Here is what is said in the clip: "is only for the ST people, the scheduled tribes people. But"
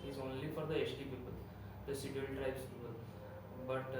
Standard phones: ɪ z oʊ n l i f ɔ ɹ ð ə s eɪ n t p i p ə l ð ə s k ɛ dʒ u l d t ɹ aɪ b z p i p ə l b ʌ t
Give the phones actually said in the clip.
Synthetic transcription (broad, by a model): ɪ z oʊ n l i f ɔ ɹ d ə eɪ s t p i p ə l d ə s i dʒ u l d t ɹ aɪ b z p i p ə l b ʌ t